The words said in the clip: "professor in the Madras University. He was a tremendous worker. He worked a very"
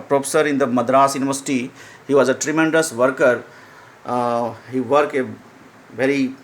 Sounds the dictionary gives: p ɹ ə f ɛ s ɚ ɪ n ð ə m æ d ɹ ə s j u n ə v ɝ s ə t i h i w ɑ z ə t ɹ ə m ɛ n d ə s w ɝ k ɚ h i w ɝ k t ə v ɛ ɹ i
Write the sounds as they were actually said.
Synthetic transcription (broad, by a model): p ɹ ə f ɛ s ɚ ɪ n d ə m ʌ d ɹ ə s j u n ə v ɝ s ə t i h i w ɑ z ə t ɹ ə m ɛ n d ə s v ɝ k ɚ h i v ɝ k ə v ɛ ɹ i